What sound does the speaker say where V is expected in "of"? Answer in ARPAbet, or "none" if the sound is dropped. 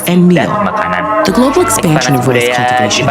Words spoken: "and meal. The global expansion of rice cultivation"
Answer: V